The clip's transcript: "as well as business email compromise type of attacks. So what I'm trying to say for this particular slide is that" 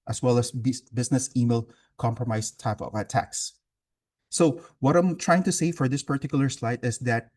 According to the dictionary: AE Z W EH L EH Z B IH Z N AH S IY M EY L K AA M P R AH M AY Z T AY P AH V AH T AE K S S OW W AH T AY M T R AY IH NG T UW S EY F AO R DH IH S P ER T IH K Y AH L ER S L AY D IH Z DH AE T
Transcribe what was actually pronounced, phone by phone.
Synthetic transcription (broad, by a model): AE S W EH L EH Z B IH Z N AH S IY M EY L K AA M P R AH M AY S T AY P AH V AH T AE K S S OW W AH T AY M T R AY IH NG T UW S EY F AO R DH IH S P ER T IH K Y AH L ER S L AY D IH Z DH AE T